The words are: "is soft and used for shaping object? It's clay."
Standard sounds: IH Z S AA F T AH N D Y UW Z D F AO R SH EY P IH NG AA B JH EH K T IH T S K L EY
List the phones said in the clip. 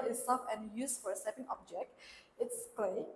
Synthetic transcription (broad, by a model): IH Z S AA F AH N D Y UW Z F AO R S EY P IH NG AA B JH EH K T IH T S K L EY